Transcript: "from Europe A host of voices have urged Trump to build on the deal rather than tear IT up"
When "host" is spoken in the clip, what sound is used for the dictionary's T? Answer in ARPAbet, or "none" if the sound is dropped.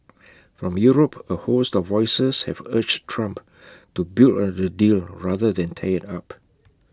T